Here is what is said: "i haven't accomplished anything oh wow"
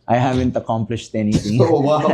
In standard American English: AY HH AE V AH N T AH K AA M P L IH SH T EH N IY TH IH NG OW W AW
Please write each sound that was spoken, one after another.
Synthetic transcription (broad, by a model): AY HH AE V AH N T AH K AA M P L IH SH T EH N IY T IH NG OW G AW